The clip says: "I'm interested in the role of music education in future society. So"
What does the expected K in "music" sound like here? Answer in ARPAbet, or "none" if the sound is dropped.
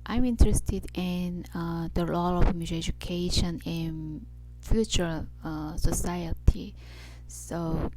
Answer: none